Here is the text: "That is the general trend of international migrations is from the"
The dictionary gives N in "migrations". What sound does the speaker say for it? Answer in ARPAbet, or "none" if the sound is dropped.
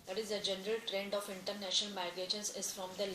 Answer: none